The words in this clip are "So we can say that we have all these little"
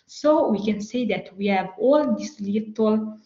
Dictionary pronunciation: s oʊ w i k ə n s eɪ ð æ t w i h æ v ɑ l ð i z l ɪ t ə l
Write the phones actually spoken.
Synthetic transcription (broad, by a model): s oʊ w i k ə n s eɪ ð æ t w i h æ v ɑ l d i s l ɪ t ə l